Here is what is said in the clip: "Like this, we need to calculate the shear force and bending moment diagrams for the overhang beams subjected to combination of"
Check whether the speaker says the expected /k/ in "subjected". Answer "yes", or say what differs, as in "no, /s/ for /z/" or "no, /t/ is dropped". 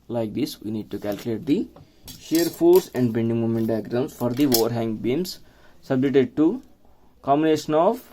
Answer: no, /k/ is dropped